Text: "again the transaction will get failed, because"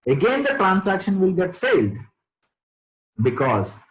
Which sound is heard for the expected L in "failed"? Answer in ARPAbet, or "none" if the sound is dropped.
L